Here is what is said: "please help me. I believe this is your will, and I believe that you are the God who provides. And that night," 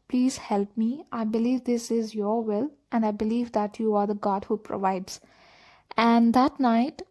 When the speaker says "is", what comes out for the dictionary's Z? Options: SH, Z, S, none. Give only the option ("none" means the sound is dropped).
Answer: Z